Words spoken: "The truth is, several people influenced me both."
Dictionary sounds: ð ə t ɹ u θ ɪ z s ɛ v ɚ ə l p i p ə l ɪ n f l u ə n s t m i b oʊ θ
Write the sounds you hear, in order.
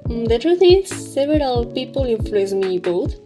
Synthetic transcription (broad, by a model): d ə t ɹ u t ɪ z s ɛ v ɚ ə l p i p ə l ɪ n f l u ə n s m i b oʊ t